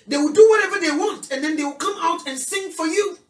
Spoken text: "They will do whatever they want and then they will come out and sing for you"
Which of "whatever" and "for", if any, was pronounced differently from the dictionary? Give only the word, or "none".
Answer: none